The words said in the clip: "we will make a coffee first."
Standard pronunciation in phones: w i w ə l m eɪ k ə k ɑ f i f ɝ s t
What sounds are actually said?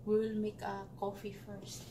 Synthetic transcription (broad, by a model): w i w l m eɪ k ə k ɑ f i f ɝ s t